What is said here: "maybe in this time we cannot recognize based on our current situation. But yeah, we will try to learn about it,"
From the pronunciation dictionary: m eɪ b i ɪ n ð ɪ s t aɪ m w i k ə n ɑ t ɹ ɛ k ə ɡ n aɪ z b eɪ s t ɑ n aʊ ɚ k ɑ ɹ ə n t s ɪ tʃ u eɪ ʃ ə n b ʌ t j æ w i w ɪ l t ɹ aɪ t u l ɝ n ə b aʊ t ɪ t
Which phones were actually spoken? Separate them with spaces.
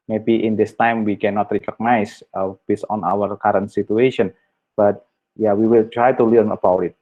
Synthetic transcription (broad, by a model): m eɪ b i ɪ n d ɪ s t aɪ m w i k ə n ɑ t ɹ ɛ k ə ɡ n aɪ s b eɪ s ɑ n aʊ ɚ k ɑ ɹ ə n t s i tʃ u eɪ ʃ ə n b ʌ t j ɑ w i w ɪ l t ɹ aɪ t u l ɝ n ə b aʊ t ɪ t